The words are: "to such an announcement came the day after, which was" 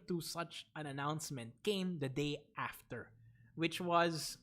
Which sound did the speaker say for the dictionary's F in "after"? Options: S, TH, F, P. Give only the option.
F